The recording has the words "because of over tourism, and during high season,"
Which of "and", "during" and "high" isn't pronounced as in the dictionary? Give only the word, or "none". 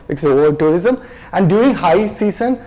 during